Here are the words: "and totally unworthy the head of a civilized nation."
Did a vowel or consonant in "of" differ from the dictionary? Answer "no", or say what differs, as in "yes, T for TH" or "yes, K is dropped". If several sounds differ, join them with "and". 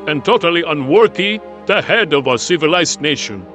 no